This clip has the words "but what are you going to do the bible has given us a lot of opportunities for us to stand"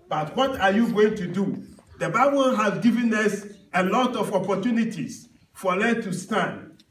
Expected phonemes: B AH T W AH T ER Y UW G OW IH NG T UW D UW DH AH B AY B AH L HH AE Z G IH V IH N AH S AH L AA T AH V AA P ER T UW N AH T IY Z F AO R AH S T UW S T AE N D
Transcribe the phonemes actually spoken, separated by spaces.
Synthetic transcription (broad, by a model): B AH T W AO T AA Y UW G OW IH NG T UW D UW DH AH B AY B AH L HH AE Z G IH V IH N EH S AH L AA T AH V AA P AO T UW N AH T IY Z F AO L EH T UW S T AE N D